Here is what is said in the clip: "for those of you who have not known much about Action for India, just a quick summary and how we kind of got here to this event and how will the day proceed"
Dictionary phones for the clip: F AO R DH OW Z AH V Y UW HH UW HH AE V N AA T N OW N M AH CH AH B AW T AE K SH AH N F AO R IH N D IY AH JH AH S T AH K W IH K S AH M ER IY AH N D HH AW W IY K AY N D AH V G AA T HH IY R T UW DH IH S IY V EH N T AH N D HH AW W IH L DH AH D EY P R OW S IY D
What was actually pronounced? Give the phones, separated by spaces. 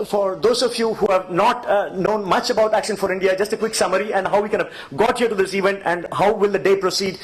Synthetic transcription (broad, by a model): F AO R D OW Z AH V Y UW HH UW HH AE V N AA T N OW N M AH CH AH B AW T AE K SH AH N F AO R IH N D IY AH JH AH S T AH K W IH K S AH M ER IY AH N D HH AW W IY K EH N AH V G AA T HH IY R T UW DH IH S IY V EH N T AH N D HH AW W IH L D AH D EY P R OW S IY D